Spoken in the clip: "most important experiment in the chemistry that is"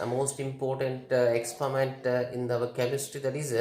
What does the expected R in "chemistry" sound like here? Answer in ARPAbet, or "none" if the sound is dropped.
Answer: none